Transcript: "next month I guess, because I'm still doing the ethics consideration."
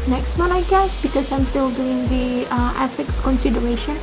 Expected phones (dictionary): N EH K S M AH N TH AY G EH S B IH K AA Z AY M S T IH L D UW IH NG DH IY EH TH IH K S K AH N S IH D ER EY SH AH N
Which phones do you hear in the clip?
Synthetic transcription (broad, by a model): N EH K S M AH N AY G EH S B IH K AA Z AY M S T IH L D UW IH NG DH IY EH F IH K S K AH N S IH D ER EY SH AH N